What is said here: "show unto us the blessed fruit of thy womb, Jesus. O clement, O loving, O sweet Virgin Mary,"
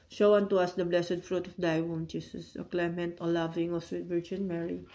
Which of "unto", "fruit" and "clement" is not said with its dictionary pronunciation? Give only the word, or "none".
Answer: none